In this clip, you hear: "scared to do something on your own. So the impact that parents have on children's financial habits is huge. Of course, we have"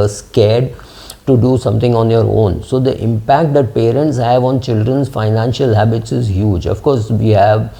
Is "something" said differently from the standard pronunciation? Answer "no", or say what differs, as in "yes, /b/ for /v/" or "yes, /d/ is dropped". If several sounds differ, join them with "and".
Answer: yes, /t/ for /θ/